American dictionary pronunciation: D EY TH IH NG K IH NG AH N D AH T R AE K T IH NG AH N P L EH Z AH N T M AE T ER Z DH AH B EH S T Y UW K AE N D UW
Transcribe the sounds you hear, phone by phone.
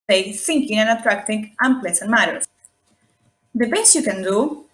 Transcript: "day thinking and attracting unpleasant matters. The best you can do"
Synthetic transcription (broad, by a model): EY TH IH NG K IH NG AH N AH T R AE K T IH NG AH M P L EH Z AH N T M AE T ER S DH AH B EH S T Y UW K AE N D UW